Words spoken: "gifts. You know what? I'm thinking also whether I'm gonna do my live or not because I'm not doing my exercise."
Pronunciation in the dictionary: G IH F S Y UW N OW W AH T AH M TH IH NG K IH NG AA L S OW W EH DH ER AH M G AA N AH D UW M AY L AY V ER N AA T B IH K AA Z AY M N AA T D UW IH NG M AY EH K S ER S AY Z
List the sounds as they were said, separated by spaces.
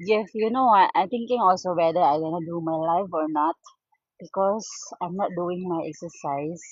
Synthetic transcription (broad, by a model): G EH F Y UW N OW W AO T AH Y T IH NG K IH NG AA L S OW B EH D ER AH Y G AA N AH D UW M AY L AY F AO N AA T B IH K AA S AY M N AA T D UW IH NG M AY EH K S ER S AY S